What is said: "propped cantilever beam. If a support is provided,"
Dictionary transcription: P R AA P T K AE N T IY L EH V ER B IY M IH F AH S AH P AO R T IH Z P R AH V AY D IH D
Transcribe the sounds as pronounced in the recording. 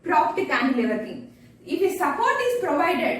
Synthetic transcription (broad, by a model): P R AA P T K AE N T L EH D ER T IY IH F AH S AH P AO R T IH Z P R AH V AY D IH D